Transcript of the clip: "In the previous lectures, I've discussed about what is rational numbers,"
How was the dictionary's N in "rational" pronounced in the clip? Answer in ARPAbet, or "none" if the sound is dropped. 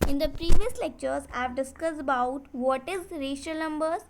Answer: none